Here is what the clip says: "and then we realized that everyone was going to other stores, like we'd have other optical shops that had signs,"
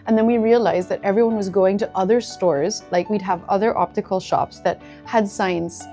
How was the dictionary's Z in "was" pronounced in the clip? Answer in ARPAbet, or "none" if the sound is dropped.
Z